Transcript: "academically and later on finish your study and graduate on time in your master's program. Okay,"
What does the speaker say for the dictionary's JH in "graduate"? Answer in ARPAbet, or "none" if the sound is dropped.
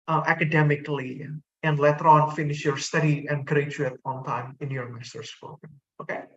CH